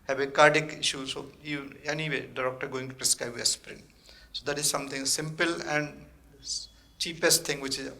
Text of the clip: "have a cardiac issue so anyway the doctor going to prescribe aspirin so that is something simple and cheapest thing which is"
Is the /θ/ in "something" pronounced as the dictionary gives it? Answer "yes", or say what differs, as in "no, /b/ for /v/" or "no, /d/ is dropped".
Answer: no, /t/ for /θ/